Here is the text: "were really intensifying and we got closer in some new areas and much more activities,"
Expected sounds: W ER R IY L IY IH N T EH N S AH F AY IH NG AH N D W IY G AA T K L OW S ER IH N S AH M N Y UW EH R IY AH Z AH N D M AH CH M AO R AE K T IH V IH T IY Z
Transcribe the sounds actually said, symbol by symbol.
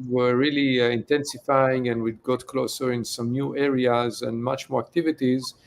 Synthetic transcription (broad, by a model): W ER R IY L IY IH N T EH N S AH F AY IH NG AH N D W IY G AA T K L OW S ER IH N S AH M N Y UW EH R IY AH Z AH N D M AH CH M AO R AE K T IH V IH T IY Z